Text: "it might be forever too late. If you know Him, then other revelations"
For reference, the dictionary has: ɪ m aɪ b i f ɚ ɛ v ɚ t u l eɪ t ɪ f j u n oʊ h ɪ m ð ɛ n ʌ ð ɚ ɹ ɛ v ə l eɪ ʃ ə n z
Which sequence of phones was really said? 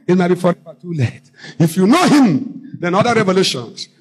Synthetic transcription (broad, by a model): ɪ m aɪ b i f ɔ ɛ f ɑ t u l eɪ t ɪ f j u n oʊ h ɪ m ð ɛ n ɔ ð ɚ ɹ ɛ v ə l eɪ ʃ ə n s